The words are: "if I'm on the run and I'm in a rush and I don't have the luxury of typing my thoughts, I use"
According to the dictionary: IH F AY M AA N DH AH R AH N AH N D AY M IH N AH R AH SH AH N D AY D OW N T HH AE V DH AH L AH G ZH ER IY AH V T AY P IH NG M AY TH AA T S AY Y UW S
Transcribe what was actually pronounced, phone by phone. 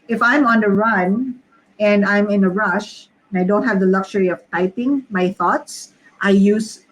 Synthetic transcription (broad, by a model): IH F AY M AA N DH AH R AH N AH N D AY M IH N AH R AH SH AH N AY D OW N T HH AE V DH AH L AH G SH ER IY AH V T AY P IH NG M AY TH AA T S AY Y UW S